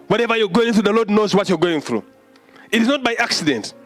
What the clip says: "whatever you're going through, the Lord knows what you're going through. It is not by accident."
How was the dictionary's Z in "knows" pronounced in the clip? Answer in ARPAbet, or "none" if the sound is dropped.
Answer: Z